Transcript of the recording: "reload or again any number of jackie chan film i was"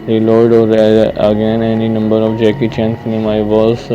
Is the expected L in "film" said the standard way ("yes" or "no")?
no